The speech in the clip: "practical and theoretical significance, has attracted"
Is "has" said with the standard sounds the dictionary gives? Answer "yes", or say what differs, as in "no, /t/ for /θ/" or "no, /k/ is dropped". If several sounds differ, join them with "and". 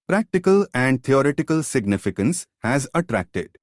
yes